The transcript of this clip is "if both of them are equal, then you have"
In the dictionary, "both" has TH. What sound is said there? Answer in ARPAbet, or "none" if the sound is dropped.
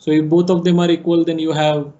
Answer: T